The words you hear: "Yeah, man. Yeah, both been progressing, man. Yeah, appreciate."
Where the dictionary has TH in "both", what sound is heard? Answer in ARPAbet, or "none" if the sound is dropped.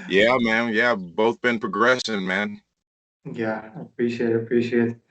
TH